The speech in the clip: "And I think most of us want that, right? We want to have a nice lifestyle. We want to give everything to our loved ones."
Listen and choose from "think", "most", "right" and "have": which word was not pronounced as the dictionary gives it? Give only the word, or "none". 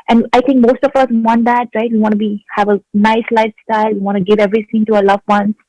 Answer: think